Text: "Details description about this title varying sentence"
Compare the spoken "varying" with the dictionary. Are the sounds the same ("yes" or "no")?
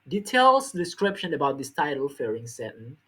no